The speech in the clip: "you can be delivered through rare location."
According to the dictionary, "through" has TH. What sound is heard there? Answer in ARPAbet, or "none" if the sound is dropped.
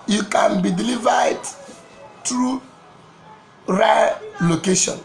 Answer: T